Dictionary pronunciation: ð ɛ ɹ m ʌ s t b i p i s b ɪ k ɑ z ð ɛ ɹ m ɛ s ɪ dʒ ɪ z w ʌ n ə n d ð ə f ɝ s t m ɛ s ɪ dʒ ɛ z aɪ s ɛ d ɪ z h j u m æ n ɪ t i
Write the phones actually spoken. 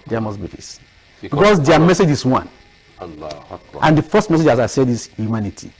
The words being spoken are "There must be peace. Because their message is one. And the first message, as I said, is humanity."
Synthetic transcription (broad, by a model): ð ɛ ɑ m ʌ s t b i f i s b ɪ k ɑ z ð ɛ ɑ m ɛ s ɪ dʒ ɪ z w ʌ n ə n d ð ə f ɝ s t m ɛ s ɪ dʒ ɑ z aɪ s ɛ d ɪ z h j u m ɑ n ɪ t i